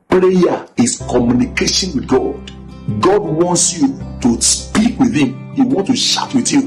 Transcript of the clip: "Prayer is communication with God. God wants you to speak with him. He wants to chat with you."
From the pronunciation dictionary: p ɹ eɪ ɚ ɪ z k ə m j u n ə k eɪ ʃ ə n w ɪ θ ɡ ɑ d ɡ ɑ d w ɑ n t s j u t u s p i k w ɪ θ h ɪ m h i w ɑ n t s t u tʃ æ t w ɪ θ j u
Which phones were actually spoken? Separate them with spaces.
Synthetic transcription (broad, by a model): p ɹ eɪ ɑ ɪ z k ə m j u n ə k eɪ ʃ ə n w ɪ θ ɡ ɑ d ɡ ɑ d w ɑ n t s j u t u s p i k w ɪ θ h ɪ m h i w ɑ n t t u ʃ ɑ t w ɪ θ j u